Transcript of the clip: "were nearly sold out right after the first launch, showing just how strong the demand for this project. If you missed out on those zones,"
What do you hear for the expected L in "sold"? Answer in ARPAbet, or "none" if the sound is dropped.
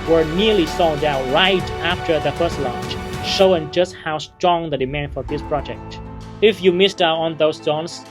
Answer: none